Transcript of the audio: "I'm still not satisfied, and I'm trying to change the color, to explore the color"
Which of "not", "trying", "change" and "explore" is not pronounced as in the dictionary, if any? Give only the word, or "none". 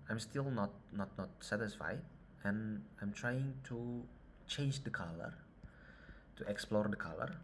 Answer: none